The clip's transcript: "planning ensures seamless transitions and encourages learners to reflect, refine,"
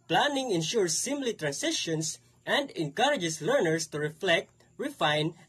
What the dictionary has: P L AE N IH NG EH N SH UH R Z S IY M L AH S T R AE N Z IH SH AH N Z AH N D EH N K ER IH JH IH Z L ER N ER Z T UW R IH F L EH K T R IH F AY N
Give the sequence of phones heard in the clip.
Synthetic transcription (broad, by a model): P L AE N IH NG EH N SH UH R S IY M L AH T R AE N S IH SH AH N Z AH N D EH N K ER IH JH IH S L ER N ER S T UW R IH F L EH K T R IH F AY N